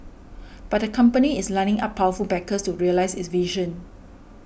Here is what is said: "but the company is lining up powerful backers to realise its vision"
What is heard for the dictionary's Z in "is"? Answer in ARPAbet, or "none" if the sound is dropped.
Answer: S